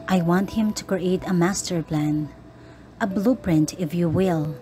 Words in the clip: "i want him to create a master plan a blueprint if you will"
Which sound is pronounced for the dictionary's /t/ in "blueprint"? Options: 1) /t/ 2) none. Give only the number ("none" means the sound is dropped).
1